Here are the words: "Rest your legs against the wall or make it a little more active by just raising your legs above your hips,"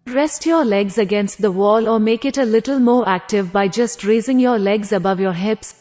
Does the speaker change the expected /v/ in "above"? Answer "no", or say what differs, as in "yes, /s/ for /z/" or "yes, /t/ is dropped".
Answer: no